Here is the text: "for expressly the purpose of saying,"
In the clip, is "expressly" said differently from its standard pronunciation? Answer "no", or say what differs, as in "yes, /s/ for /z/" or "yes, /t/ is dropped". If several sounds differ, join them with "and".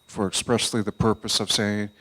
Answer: no